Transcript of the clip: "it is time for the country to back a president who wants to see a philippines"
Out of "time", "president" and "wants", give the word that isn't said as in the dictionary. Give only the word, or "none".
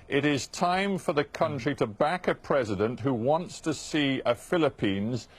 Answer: none